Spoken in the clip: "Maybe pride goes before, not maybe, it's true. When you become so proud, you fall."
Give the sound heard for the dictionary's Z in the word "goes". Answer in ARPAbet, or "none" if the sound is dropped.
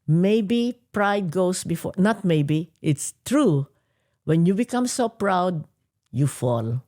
S